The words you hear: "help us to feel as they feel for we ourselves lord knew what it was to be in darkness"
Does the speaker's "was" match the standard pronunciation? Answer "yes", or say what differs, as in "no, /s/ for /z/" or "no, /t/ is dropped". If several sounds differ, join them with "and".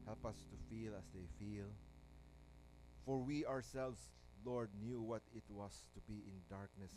no, /s/ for /z/